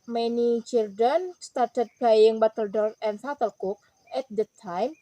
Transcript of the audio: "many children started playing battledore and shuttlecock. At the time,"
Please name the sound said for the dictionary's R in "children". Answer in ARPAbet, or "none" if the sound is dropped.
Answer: none